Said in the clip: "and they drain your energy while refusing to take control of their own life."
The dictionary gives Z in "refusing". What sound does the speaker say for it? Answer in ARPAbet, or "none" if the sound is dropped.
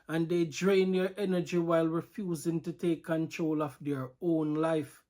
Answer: Z